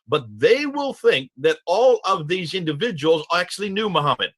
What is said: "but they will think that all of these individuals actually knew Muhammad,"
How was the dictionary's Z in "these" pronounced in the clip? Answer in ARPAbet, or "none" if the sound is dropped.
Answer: Z